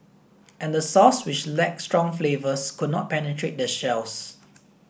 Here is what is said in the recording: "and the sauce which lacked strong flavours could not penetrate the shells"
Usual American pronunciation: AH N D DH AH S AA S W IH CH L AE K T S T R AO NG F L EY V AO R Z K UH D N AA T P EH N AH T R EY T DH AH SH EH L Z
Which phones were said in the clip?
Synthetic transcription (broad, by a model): AH N D AH S AA S W IH CH L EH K S T R AO NG F L EY V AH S K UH D N AA T P EH N AH T R EY T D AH SH EH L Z